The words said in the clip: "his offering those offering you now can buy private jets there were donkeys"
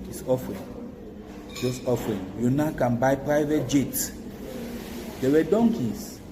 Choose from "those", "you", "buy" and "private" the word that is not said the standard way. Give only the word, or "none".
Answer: those